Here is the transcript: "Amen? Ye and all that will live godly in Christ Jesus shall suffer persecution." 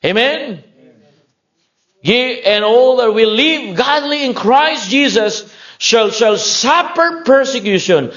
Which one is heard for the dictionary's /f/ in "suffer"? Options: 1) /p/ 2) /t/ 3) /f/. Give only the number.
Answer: 1